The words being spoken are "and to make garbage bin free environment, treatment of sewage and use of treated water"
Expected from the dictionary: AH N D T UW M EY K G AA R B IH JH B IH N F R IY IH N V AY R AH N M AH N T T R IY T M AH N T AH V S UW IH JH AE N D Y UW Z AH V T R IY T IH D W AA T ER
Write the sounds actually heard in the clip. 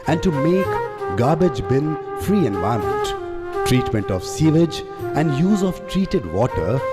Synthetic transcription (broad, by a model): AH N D T UW M EY K G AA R B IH JH B IH N F R IY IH N V AY AH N M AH N T T R IY T M AH N T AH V S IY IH JH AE N D Y UW Z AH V T R IY T IH D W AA T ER